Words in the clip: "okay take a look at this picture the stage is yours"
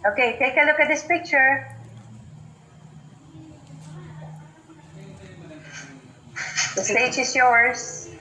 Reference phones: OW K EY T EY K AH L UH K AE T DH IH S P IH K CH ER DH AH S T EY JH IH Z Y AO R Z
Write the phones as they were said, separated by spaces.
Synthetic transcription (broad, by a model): OW K EY T EY K AH L UH K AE T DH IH S P IH K CH ER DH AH S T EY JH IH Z Y AO R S